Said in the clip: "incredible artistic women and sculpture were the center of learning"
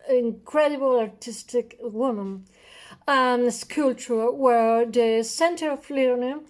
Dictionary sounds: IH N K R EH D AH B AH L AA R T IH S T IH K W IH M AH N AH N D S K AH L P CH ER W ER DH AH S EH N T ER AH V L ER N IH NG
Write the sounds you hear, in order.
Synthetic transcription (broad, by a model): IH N K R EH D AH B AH L AA R T IH S T IH K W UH M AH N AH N S K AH L CH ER W ER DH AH S EH N T ER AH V L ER N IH